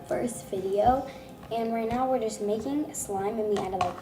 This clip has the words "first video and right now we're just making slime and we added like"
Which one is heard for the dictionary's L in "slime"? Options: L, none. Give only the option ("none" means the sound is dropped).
L